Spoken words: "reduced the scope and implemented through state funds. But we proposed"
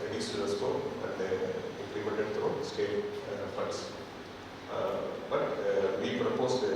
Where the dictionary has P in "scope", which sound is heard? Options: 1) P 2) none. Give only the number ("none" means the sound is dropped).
2